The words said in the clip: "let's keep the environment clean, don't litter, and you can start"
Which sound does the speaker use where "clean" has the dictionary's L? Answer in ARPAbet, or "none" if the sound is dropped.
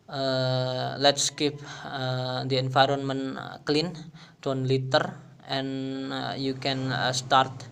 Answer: L